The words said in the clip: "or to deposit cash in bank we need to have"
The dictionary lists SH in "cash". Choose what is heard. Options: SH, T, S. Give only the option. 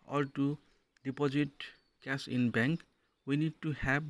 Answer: S